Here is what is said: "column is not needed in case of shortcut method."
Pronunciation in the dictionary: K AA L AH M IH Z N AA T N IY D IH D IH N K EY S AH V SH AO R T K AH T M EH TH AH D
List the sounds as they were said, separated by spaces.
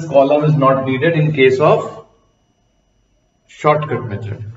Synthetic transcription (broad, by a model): K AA L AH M IH Z N AA T N IY D IH D IH N K EY S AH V SH AO R T K AH T M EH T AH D